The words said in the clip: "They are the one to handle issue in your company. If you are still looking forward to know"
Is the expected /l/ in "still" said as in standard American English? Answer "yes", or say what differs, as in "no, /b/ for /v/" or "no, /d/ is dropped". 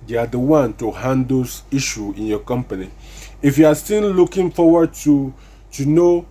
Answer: no, /n/ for /l/